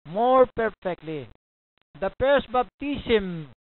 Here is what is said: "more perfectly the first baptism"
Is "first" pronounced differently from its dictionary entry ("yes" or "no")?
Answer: yes